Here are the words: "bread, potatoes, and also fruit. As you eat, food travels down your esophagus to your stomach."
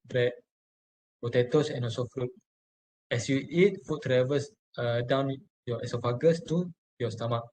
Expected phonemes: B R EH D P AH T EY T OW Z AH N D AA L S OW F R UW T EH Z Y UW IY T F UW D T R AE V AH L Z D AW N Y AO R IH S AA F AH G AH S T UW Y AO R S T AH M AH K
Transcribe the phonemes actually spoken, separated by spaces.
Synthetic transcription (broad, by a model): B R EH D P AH T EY T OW S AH N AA S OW F R UW T EH S Y UW IY T F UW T R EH V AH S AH D AW N Y AO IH S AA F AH G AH S T UW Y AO S T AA M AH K